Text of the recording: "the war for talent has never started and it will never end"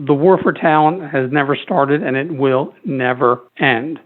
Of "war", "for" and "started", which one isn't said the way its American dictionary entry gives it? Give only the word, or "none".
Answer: none